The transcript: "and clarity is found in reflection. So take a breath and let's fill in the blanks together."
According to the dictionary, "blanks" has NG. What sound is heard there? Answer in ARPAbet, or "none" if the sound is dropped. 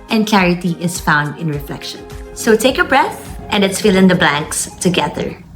NG